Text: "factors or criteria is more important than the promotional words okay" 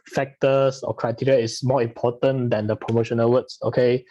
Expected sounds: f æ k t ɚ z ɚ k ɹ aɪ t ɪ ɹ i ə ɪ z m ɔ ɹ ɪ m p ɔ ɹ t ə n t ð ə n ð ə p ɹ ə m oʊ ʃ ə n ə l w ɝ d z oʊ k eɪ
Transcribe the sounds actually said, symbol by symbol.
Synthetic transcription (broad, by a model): f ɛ k t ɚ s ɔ k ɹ aɪ t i ɹ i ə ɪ s m ɔ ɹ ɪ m p ɔ t ə n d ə n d ə p ɹ ə m oʊ ʃ ə n ə l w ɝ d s oʊ k eɪ